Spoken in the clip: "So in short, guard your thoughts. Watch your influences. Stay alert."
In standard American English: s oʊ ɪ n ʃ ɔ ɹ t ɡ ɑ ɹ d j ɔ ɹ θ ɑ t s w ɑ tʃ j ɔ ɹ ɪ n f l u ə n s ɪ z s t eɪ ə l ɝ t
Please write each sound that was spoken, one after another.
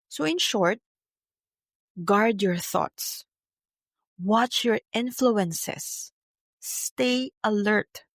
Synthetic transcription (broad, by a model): s oʊ ɪ n ʃ ɔ ɹ t ɡ ɑ ɹ d j ɔ ɹ θ ɑ t s w ɑ tʃ j ɔ ɹ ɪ n f l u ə n s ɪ s t eɪ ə l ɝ t